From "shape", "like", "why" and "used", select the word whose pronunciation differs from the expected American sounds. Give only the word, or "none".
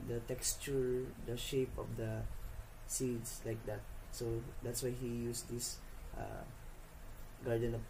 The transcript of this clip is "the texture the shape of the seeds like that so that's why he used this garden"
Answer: used